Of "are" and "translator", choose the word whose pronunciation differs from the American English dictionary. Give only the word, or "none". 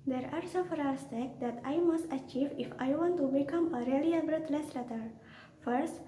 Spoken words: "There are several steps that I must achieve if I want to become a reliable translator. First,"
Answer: translator